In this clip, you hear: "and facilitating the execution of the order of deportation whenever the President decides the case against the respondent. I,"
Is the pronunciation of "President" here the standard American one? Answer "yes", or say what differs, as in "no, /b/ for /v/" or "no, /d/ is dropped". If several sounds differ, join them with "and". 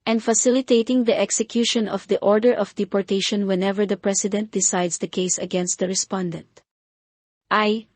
no, /s/ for /z/